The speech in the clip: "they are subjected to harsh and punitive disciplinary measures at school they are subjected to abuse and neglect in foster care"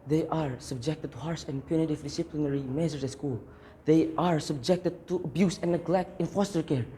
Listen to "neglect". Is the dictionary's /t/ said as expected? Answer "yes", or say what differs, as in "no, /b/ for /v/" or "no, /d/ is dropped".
yes